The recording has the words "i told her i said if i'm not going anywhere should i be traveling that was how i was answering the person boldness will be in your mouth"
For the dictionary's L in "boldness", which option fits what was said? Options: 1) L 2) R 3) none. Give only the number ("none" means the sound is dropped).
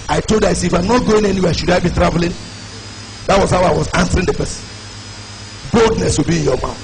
1